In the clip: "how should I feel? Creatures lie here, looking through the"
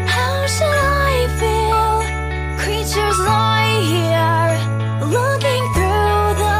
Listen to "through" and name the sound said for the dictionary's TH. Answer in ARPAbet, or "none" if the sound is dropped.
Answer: TH